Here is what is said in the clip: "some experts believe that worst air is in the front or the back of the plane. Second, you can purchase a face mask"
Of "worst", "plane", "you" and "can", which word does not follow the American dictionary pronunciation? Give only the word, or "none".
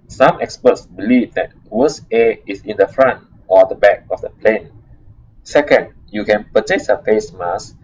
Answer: worst